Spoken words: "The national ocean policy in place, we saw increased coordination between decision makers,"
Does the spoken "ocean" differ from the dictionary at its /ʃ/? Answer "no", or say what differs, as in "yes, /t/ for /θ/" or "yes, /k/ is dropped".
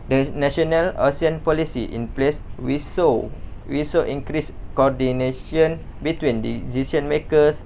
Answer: yes, /s/ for /ʃ/